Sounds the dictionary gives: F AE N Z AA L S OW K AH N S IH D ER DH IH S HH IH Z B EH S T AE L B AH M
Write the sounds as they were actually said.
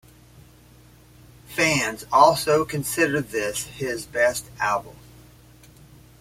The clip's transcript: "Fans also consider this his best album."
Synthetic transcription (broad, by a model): F AE N Z AA L S OW K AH N S IH D ER DH IH S HH IH Z B EH S T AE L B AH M